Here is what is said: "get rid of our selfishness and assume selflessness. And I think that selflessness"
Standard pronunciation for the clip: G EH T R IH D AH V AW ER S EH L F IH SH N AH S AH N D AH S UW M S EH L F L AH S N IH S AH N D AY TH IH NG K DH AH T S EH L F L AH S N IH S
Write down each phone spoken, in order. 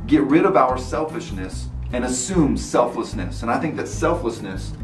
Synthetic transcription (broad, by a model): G EH T R IH D AH V AW ER S EH L F IH SH N AH S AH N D AH S UW M S EH L F L AH S N IH S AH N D AY TH IH NG K DH AH T S EH L F L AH S N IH S